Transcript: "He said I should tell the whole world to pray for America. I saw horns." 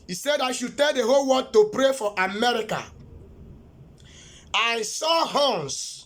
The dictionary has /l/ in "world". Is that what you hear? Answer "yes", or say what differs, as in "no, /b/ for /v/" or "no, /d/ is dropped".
no, /l/ is dropped